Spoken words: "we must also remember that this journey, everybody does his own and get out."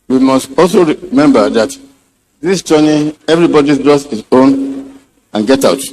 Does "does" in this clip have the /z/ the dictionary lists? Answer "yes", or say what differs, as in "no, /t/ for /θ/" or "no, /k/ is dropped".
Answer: no, /s/ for /z/